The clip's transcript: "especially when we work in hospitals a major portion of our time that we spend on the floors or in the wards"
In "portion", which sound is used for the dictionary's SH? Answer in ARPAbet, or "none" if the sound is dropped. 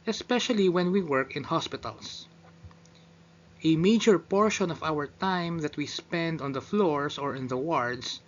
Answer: SH